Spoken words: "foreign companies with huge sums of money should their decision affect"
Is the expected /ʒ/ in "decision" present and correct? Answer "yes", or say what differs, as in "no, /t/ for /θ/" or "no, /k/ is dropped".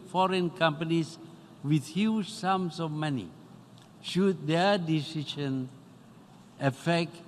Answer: no, /ʃ/ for /ʒ/